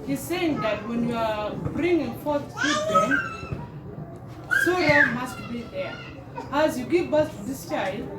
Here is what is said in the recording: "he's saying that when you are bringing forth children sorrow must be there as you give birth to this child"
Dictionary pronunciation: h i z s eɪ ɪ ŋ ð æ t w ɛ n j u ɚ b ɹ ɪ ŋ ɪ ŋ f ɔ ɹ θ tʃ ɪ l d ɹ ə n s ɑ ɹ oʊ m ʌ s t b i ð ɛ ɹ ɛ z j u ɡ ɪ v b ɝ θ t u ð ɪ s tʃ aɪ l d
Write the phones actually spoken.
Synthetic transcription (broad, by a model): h i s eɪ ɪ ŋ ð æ t w ɛ n j u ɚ b ɹ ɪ ŋ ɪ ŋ f ɔ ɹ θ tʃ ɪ d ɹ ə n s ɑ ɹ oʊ m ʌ s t b i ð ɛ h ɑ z j u ɡ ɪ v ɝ s t u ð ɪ s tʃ aɪ l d